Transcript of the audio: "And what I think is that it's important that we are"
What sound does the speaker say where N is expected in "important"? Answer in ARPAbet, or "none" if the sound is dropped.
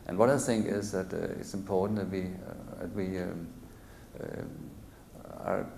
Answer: none